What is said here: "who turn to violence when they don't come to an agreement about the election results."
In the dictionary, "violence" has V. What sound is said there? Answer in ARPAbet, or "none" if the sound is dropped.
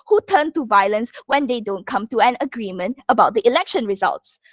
V